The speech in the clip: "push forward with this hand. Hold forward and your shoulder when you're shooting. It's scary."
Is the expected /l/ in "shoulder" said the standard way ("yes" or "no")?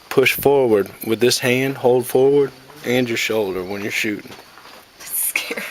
yes